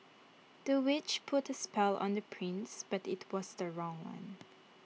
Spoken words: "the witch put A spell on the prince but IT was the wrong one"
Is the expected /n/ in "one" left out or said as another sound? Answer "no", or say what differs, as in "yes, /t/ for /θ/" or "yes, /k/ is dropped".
no